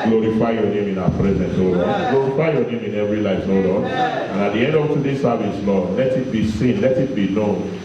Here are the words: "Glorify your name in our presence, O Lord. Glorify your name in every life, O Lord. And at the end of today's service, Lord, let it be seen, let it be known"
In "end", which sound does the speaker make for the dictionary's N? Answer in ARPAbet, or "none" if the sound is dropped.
N